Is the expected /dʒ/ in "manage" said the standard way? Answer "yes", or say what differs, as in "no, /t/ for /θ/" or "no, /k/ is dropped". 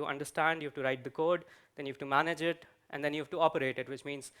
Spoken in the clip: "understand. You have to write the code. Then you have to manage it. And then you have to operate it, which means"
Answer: yes